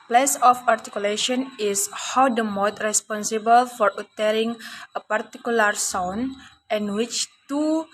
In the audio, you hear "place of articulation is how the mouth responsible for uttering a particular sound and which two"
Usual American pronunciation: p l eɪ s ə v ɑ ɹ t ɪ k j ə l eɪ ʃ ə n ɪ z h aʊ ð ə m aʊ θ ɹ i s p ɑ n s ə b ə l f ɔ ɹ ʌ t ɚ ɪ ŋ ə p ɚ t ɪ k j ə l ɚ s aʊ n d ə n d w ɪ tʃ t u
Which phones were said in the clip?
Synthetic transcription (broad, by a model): p l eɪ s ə f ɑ ɹ t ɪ k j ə l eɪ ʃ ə n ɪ s h aʊ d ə m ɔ t ɹ i s p ɑ n s ə b ə l f ɔ ɹ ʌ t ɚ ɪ ŋ ə p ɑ t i k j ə l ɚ s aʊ n ə n w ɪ tʃ t u